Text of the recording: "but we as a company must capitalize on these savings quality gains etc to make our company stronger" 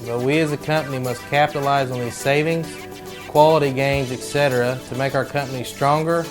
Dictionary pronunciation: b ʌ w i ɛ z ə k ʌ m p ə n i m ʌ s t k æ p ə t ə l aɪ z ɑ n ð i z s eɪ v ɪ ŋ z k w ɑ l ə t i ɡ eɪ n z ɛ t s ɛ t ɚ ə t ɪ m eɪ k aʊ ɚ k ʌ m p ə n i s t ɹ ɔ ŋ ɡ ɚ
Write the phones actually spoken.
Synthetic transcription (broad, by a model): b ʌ w i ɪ z ə k ʌ m p ə n i m ʌ s k æ p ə t l aɪ z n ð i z s eɪ v ɪ ŋ z k w ɑ l ə t i ɡ eɪ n z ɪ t s ɛ t ɚ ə t ɪ m eɪ k aʊ ɚ k ʌ m p ə n i s t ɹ ɔ ŋ ɡ ɚ